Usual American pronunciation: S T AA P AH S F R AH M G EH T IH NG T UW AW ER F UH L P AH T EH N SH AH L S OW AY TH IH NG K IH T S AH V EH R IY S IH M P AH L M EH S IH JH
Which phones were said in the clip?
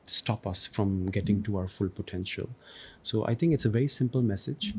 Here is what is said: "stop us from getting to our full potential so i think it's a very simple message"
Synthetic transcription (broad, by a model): S T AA P AH S F R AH M G EH T IH NG T UW AW ER F UH L P AH T EH N SH AH L S OW AY T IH NG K IH T S AH V EH R IY S IH M P AH L M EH S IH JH